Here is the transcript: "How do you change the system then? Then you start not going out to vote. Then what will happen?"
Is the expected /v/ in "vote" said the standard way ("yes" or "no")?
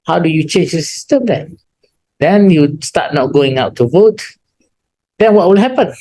yes